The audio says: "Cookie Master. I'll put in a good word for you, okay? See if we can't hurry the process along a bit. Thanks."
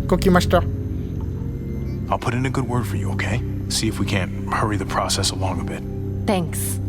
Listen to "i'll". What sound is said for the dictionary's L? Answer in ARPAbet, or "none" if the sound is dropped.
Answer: L